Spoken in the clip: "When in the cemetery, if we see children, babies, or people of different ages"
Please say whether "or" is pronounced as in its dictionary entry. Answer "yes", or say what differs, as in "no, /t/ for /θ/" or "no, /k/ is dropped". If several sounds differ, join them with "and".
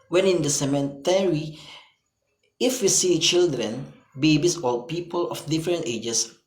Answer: no, /l/ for /ɹ/